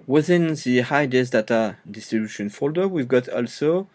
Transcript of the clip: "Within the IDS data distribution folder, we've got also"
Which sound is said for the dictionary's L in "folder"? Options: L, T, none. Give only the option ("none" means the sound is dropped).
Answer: L